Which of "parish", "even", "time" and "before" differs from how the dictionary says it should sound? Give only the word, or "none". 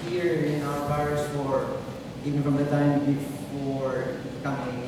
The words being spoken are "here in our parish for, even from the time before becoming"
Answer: parish